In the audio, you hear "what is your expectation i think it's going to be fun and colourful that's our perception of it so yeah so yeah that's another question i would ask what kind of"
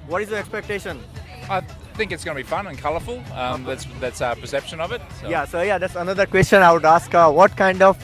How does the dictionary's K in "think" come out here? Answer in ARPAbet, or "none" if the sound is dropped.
K